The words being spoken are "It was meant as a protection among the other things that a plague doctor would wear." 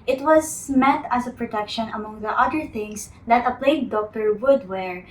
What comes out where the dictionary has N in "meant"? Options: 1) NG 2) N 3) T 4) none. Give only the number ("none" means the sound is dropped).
4